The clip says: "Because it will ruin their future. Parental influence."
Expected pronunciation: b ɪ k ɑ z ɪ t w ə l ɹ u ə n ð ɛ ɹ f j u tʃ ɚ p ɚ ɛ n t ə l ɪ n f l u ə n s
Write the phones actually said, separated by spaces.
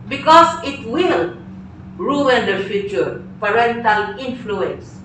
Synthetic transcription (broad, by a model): b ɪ k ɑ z ɪ t w ə l ɹ u ə n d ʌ f j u tʃ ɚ p ɚ ɛ n t ə l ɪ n f l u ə n s